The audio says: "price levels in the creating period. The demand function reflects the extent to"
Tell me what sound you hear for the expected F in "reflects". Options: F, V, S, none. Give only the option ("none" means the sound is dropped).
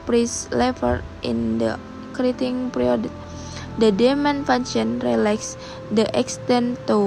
none